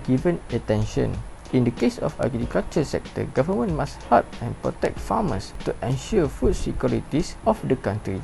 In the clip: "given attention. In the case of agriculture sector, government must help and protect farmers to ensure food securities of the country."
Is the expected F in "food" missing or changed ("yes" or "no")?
no